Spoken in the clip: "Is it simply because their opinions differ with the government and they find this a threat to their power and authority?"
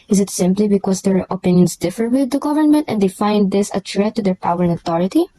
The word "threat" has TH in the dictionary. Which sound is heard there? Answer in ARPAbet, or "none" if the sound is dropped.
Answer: T